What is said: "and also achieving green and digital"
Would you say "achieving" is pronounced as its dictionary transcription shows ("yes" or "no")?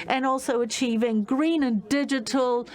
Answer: yes